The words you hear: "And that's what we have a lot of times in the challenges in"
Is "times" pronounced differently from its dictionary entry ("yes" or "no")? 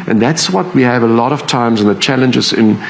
no